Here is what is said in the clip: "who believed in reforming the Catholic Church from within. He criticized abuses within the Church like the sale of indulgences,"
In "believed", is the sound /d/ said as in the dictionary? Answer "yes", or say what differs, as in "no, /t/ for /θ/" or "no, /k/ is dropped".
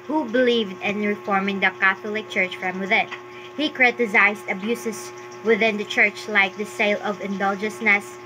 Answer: yes